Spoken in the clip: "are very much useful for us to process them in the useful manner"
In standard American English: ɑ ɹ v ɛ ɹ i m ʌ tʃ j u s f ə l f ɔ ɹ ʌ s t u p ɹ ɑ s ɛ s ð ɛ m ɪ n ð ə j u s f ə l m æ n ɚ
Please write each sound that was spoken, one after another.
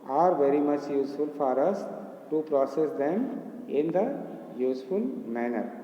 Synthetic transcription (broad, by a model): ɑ ɹ v ɛ ɹ i m ʌ tʃ j u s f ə l f ɔ ɹ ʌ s t u p ɹ ɑ s ɛ s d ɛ m ɪ n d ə j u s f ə l m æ n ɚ